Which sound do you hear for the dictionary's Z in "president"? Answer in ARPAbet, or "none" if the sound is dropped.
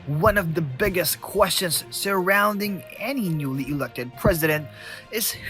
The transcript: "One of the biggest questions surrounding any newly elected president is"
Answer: Z